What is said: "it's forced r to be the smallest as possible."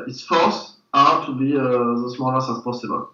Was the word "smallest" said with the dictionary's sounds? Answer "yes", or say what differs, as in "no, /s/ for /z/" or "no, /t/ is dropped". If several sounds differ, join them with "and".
no, /t/ is dropped